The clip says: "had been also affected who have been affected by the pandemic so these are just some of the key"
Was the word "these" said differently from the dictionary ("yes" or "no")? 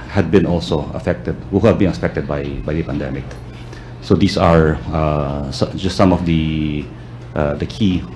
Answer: yes